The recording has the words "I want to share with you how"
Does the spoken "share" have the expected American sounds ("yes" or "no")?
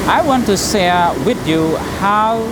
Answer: no